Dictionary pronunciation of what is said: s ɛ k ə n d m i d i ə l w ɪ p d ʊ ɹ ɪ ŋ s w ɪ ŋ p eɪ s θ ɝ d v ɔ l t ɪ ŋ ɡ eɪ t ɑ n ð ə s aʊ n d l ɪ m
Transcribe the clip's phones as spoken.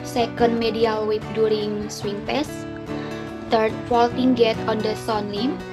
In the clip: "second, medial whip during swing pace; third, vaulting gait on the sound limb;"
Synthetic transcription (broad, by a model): s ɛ k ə n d m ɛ d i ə l w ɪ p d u ɹ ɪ ŋ s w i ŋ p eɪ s t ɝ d f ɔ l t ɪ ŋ ɡ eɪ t ɑ n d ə s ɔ n l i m